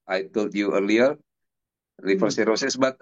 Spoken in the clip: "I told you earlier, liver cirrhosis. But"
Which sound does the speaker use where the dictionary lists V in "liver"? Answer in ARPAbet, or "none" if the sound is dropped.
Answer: F